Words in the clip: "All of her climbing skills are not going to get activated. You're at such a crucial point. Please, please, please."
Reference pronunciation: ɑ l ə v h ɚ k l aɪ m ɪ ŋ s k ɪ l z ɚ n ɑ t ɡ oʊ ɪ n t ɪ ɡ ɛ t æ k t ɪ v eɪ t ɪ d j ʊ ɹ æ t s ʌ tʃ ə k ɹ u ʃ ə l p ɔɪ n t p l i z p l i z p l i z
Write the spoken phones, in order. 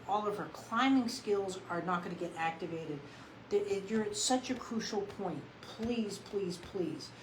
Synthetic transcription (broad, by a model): ɑ l ə v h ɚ k l aɪ m ɪ ŋ s k ɪ l z ɚ n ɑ t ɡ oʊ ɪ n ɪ ɡ ɛ t æ k t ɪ v eɪ t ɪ d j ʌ ɹ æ t s ʌ tʃ ə k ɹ u ʃ l p ɔɪ n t p l i z p l i z p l i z